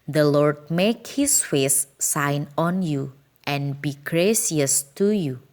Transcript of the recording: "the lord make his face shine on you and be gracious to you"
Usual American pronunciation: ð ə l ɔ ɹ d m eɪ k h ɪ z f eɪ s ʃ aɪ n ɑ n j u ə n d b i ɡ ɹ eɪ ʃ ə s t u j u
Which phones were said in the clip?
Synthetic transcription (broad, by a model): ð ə l ɔ ɹ d m eɪ k h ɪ s f eɪ s aɪ n ɑ n j u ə n b i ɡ ɹ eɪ s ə s t u j u